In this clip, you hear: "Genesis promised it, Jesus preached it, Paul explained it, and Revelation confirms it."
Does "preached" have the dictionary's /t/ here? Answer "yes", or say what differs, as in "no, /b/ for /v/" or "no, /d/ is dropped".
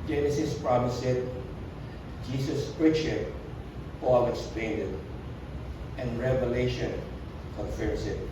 no, /t/ is dropped